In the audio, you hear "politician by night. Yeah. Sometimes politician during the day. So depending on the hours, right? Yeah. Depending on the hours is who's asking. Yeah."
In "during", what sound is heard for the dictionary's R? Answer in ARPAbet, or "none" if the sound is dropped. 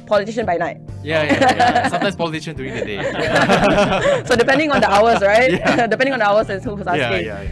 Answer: none